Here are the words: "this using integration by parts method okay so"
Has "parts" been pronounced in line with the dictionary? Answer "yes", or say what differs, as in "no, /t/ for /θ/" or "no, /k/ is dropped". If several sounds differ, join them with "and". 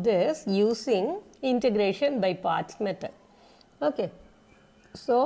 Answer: no, /s/ is dropped